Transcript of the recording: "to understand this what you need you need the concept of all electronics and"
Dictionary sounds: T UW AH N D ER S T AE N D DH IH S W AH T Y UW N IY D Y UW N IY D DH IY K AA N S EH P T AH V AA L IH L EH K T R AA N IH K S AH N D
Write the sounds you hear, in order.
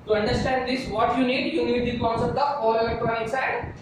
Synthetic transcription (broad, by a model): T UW AH N D ER S T AE N D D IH S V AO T Y UW N IY D Y UW N IY D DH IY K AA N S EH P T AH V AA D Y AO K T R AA IH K S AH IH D